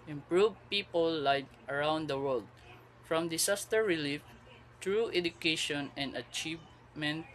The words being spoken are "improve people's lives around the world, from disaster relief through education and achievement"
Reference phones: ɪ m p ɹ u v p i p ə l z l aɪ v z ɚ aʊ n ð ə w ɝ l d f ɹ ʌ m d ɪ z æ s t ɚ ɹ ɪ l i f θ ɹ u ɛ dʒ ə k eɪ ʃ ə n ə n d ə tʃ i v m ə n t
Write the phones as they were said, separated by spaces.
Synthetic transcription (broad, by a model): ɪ m p ɹ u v p i p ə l l aɪ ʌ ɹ aʊ n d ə w ɝ l d f ɹ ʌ m d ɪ s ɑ s t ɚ ɹ ɪ l i f t ɹ u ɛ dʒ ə k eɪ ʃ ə n ə n d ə tʃ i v m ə n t